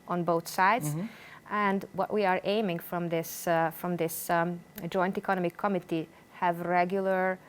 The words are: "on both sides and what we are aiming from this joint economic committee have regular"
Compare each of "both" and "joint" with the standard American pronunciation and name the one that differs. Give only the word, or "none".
none